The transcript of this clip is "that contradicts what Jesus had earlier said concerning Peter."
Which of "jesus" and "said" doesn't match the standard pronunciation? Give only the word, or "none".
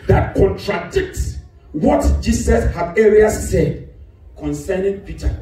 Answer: jesus